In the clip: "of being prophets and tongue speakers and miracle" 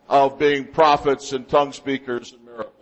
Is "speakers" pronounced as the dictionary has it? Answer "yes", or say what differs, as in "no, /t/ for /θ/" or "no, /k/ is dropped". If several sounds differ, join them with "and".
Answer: yes